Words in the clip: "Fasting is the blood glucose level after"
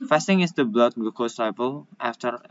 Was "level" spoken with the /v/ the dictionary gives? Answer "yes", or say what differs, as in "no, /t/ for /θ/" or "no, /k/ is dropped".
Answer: no, /p/ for /v/